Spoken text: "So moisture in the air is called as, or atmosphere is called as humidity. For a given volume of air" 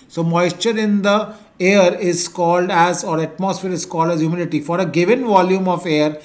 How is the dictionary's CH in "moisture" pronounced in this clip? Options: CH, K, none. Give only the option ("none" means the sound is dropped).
CH